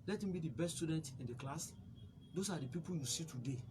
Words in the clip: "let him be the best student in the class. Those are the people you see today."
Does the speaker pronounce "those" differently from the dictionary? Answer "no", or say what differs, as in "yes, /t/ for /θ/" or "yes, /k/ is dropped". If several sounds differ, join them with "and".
yes, /s/ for /z/